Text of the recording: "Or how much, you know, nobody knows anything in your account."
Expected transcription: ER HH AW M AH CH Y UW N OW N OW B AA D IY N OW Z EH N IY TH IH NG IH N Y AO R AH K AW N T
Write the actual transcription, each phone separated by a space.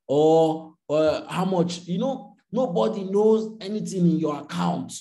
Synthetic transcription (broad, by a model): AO HH AW M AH CH Y UW N OW N OW B AA D IY N OW Z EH N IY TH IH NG IH N Y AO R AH K AW N T